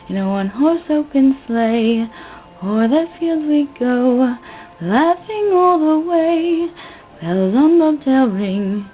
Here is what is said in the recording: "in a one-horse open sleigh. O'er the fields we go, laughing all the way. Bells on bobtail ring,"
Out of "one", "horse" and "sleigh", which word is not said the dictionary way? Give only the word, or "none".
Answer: none